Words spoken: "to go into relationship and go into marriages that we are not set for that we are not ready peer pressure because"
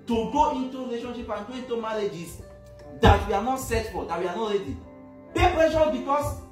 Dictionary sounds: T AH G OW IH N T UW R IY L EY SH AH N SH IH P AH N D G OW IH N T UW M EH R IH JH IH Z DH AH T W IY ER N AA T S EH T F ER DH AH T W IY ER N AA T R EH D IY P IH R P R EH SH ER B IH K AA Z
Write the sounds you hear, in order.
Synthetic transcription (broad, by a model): T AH G OW IH N T UW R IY L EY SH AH N SH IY P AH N G OW IH N T UW M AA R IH JH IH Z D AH T W IY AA N AA T S EH T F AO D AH T W IY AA N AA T R EH D IY B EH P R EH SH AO B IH K AA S